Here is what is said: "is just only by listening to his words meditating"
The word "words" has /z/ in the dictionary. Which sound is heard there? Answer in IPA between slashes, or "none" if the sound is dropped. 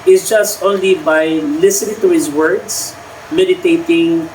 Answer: /s/